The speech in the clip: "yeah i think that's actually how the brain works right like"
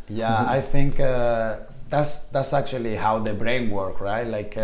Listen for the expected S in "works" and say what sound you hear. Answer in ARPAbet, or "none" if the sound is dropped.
none